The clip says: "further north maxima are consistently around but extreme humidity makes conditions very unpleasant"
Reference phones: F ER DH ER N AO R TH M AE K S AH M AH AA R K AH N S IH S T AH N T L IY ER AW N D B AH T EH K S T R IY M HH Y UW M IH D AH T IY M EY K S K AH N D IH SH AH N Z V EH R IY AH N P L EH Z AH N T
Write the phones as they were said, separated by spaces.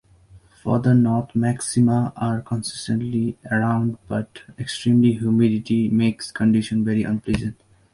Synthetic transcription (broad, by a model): F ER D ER N AO R T M AE K S AH M AH AA R K AH N S IH S T AH N T L IY ER AW N D B AH T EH K S T R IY M HH Y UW M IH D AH T IY M EY K S K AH N D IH SH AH N V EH R IY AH N P L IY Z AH N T